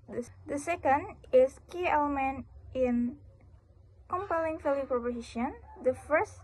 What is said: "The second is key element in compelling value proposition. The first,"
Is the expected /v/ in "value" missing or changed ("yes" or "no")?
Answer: yes